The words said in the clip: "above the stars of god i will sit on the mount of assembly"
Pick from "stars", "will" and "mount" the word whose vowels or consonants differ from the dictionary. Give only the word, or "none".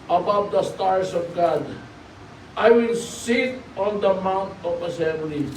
stars